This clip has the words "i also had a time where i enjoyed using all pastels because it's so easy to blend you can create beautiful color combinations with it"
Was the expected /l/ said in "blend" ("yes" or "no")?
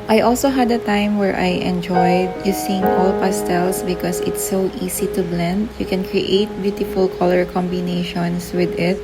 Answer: yes